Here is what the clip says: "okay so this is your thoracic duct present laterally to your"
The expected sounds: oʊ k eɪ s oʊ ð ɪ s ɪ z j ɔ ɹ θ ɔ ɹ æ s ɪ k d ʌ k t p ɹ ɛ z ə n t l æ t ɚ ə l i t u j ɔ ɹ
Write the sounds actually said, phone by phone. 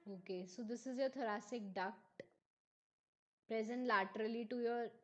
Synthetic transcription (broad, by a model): oʊ k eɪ s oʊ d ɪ s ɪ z j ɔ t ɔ ɹ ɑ s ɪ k d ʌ k t p ɹ ɛ z ə n t l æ t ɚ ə l i t u j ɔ ɹ